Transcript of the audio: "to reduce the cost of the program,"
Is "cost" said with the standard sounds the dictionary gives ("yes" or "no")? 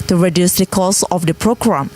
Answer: no